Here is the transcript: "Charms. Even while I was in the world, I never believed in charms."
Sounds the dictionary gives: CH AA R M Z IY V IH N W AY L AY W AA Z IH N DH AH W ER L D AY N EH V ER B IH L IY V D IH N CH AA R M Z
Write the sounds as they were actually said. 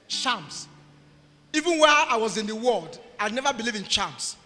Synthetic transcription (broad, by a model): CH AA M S IY V IH N W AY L AY W AA Z IH N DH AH W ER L D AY N EH V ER B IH L IY V IH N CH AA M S